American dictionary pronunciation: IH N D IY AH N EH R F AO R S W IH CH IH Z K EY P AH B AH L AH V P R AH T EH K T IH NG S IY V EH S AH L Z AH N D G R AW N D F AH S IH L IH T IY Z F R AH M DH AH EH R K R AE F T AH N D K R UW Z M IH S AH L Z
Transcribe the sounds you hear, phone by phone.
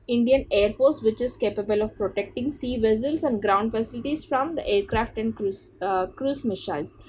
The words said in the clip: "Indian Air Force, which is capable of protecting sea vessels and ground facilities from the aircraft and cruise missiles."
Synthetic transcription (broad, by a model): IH N D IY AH N EH R F AO R S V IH CH IH Z K EY P AH B AH L AH V P R AH T EH K T IH NG S IY V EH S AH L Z AH N D G R AW N D F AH S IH L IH T IY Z F R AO M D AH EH R K R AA F T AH N D K R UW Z M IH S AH L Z